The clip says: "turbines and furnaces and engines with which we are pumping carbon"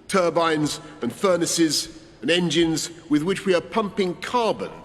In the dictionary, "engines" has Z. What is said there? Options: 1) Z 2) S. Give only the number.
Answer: 1